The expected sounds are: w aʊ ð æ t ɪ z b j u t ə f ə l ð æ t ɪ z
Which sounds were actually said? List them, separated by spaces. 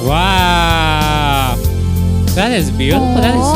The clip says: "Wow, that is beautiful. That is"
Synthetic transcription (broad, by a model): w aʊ ð æ t ɪ z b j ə ə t ð æ t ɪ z